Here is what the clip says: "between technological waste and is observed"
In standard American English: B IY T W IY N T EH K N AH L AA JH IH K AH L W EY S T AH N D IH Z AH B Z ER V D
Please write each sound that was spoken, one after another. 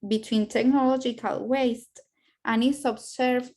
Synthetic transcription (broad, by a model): B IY T W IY N T EH K N AH L AA JH IH K AH L W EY S T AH N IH S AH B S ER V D